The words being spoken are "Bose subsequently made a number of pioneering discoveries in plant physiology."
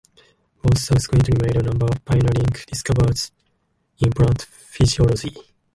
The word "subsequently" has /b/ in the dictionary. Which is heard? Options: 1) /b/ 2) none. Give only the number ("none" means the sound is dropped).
2